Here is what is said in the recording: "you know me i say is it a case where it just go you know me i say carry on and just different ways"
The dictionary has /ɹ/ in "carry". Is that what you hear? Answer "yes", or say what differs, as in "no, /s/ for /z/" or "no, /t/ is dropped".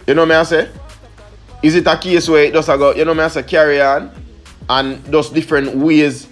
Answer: yes